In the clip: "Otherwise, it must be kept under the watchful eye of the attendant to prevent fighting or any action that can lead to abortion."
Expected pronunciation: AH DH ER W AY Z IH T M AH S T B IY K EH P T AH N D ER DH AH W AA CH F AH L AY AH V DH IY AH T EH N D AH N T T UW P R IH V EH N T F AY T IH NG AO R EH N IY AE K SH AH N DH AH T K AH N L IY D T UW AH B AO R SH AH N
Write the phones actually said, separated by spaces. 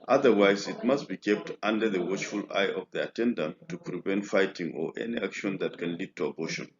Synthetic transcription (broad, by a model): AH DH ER W AY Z IH T M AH S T B IY K EH P T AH N D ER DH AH W AA CH F AH L AY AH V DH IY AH T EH N D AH N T T UW P R IH V EH N T F AY T IH NG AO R EH N IY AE K SH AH N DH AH T K AH N L IY D T UW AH B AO SH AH N